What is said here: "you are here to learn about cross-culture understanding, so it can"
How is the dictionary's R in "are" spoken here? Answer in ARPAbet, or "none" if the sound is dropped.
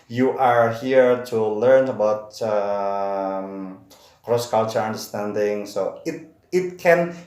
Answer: R